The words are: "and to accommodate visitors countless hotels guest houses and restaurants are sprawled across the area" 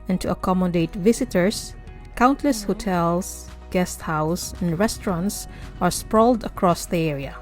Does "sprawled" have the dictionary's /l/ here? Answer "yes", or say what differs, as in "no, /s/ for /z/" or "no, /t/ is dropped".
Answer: yes